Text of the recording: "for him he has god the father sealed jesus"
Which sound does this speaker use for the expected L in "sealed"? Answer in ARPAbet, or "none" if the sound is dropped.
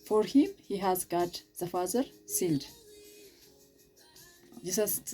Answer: N